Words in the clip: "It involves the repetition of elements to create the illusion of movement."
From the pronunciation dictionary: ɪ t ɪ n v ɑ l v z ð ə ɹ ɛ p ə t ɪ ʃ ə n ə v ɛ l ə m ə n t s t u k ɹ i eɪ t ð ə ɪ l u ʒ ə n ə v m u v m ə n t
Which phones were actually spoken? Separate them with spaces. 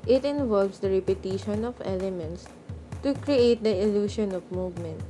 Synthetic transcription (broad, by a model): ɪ t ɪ n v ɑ l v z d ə ɹ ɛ p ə t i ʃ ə n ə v ɛ l ə m ə n t s t u k ɹ i eɪ t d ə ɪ l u ʃ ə n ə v m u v m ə n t